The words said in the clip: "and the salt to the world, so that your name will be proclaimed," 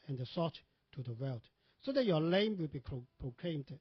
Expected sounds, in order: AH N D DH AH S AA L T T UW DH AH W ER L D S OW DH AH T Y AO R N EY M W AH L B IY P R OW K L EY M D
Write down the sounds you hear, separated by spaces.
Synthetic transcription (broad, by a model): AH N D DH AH S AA T T UW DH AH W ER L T S OW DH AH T Y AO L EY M W AH L B IY P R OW K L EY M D